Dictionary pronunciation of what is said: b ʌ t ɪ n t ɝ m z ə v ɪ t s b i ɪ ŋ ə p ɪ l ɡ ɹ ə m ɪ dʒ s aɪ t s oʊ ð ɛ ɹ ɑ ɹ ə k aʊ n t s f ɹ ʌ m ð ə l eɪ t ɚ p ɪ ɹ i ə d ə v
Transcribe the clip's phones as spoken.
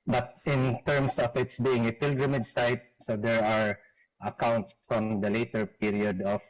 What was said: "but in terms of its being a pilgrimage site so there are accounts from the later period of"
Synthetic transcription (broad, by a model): b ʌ t ɪ n t ɝ m s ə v ɪ t s b i ɪ ŋ ə p ɪ l ɡ ɹ ə m ɪ dʒ s aɪ t s oʊ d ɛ ɹ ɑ ɹ ə k aʊ n t s f ɹ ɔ m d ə l eɪ t ɚ p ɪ ɹ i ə d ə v